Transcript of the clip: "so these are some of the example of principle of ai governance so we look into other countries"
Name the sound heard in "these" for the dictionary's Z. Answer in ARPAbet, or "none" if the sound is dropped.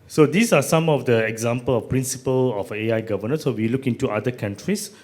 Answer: S